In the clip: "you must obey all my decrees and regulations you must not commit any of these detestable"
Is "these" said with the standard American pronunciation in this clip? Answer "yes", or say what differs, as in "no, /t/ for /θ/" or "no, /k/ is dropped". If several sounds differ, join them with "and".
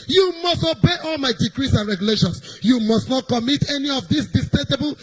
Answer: no, /s/ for /z/